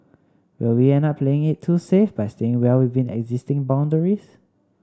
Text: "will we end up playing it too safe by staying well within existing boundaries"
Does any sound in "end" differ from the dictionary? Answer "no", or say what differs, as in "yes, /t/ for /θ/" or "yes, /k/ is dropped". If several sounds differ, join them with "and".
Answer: yes, /d/ is dropped